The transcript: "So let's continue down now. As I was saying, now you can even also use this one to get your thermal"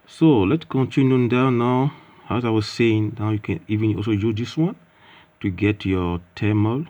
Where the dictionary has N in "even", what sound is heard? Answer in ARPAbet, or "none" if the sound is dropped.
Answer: N